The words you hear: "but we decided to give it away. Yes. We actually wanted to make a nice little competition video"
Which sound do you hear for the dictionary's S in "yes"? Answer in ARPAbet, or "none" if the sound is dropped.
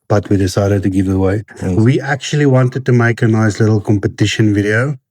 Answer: none